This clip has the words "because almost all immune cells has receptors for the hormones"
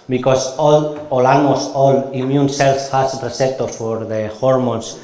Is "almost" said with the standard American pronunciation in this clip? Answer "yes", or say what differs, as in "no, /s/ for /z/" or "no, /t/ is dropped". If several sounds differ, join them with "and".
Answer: no, /t/ is dropped